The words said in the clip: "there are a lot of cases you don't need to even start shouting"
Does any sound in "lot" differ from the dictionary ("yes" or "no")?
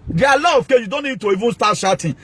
yes